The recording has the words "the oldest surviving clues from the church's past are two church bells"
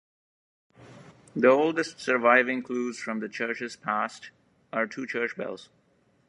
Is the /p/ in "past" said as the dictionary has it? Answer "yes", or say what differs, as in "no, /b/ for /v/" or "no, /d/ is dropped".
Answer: yes